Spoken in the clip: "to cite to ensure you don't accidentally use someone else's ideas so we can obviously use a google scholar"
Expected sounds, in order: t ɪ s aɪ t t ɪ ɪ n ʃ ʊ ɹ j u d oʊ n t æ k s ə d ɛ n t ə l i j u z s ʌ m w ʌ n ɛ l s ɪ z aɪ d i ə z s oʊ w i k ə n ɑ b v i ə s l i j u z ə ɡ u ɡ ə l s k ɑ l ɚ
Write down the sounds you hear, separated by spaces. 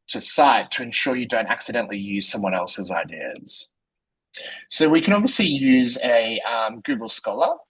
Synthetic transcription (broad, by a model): t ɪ s aɪ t t ɪ ɪ n ʃ ʊ ɹ j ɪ d oʊ n t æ k s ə d ɛ n t l i j u z s ʌ m w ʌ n ɛ l s ɪ z aɪ d i ə z s oʊ w i k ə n ɑ b v i ə s l i j u z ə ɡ u ɡ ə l s k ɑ l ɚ